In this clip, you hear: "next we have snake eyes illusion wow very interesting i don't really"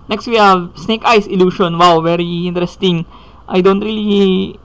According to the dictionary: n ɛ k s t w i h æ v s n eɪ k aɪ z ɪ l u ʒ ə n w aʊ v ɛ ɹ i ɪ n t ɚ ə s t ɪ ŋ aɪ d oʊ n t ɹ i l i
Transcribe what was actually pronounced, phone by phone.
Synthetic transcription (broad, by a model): n ɛ k s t w i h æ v s n eɪ k aɪ s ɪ l u ʃ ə n w aʊ v ɛ ɹ i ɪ n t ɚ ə s t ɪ ŋ aɪ d oʊ n t ɹ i l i